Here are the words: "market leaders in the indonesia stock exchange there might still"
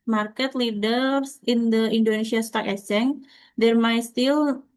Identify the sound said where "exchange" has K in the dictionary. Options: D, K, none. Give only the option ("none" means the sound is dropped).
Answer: none